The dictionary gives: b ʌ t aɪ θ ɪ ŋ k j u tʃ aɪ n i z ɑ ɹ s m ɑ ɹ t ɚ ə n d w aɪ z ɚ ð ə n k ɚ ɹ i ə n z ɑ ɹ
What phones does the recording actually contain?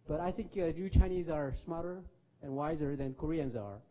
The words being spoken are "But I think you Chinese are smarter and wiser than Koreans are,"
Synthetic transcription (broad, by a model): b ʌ t aɪ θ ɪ ŋ k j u tʃ aɪ n i z ɑ ɹ s m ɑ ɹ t ɚ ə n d w aɪ z ɚ ð ə n k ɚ ɹ i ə n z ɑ ɹ